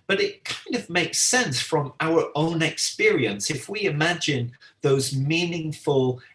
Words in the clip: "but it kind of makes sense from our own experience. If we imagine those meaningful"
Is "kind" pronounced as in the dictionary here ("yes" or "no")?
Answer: yes